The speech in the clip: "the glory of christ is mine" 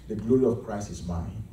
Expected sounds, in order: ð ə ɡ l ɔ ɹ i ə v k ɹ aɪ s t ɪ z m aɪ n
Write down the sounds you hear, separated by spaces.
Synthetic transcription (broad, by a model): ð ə ɡ l ɔ ɹ i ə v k ɹ aɪ s ɪ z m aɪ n